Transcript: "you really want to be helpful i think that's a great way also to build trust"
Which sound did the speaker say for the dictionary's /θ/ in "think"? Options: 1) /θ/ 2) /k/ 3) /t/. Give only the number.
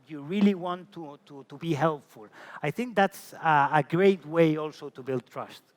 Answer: 1